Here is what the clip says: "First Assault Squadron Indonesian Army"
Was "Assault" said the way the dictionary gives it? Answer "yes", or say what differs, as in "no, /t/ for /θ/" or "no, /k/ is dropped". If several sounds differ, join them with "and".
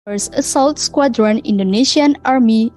yes